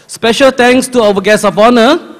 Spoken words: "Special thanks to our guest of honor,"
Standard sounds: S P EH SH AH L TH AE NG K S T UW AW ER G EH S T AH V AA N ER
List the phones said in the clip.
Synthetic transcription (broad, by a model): S P EH SH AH L T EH NG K S T UW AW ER G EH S AH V AA N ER